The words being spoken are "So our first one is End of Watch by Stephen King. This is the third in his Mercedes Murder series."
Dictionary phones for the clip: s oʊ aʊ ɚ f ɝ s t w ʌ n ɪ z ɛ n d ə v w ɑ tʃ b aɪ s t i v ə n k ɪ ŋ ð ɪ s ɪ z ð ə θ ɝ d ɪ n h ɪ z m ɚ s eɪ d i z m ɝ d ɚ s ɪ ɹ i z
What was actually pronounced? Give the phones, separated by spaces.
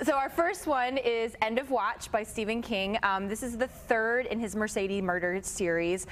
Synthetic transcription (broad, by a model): s oʊ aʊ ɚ f ɝ s t w ʌ n ɪ z ɛ n d ə v w ɑ tʃ b aɪ s t i v ə n k ɪ ŋ ð ɪ s ɪ z ð ə θ ɝ d ɪ n ɪ z m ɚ s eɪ d i m ɝ d ɚ s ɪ ɹ i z